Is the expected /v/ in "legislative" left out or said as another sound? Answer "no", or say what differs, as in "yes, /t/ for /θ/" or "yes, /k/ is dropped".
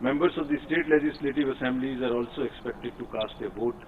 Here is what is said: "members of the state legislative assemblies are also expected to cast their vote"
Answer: no